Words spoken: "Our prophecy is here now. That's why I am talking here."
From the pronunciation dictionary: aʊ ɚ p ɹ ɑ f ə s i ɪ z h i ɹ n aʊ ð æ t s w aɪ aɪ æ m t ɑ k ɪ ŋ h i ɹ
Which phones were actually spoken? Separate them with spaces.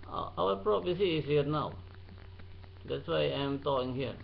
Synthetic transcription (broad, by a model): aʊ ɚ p ɹ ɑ p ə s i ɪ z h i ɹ n aʊ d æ t s w aɪ aɪ m t ɑ k ɪ ŋ h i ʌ